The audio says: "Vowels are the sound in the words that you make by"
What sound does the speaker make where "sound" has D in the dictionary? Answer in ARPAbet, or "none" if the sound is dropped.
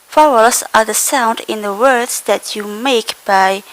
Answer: D